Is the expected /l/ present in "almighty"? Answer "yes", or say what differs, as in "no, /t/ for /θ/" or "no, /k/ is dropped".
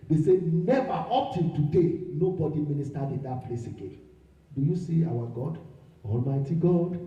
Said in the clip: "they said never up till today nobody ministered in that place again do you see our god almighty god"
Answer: yes